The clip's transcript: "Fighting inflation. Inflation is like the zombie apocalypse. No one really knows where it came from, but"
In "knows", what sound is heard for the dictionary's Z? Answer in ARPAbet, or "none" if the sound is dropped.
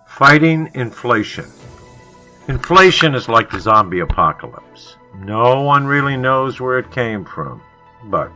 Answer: Z